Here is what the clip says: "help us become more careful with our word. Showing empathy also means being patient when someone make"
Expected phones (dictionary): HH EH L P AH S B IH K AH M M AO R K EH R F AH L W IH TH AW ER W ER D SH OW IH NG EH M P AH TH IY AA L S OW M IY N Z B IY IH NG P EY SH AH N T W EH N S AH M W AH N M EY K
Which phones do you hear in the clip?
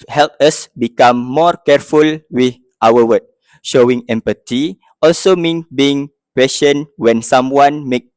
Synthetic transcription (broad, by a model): HH EH L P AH S B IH K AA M M AO R K EH R F AH L W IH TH AW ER W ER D SH OW IH NG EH M P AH T IY AA L S OW M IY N B IY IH NG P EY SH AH N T W EH N S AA M W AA N M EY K